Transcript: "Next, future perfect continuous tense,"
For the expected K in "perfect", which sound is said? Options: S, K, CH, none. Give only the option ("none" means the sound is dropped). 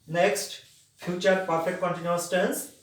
none